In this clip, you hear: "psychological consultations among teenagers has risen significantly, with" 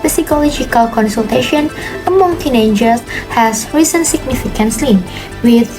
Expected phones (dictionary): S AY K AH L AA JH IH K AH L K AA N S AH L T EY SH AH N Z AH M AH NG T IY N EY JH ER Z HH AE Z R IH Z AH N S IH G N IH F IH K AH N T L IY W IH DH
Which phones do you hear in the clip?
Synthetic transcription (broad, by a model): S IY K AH L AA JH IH K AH L K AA N S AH L T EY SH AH N AH M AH NG T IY N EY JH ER S HH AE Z R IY S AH N S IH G N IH F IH K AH N S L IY W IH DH